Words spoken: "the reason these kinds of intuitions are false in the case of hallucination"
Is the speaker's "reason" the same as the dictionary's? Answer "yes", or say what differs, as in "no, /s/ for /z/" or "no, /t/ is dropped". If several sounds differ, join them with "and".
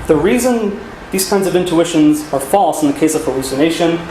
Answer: yes